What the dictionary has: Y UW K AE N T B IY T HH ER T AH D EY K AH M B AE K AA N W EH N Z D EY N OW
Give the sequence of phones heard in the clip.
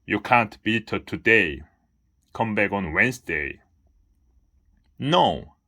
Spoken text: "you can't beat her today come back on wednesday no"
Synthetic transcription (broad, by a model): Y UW K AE N T B IY T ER T AH D EY K AH M B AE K AA N W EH N S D EY N OW